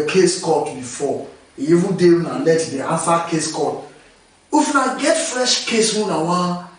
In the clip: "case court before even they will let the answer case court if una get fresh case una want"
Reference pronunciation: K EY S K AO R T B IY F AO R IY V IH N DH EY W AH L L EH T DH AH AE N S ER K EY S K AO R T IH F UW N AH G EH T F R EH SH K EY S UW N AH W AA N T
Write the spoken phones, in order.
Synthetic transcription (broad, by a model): K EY S K AO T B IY F AO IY IY V IH N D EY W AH N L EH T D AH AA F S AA K EY S K AO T IH F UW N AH G EH T F R EH SH K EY S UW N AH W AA